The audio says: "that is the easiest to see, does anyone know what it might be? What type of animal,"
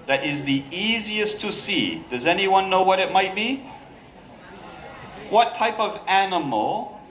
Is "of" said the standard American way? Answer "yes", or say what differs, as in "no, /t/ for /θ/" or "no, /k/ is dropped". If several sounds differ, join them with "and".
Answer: yes